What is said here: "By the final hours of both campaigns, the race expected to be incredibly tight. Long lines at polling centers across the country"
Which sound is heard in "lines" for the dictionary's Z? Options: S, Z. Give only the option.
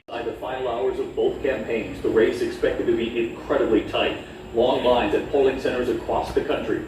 Z